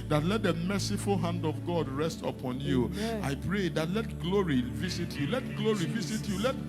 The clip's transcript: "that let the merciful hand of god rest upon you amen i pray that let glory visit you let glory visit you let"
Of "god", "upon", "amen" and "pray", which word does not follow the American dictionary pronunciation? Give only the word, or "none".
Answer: amen